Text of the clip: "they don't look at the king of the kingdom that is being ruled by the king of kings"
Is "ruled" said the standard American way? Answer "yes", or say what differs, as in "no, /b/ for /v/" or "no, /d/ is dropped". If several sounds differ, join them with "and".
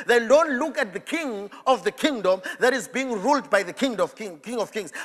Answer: yes